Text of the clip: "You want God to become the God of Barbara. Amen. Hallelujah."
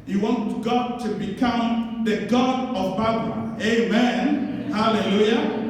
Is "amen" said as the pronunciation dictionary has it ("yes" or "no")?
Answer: yes